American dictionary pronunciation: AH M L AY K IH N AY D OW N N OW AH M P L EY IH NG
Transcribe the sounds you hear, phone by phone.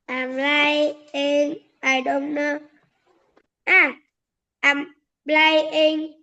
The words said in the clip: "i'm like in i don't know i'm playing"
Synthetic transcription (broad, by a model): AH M L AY IH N AY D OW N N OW AH M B L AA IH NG